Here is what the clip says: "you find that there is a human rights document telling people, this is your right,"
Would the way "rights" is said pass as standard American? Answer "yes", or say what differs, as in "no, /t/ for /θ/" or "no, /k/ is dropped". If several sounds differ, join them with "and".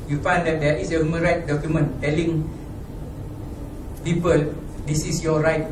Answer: no, /s/ is dropped